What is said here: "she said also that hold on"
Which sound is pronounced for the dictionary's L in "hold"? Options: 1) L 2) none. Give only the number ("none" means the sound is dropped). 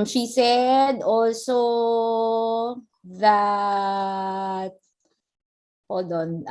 2